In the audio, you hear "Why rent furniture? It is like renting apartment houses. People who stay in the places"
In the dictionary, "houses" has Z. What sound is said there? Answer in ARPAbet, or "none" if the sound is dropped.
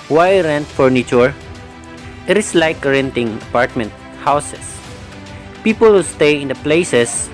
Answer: S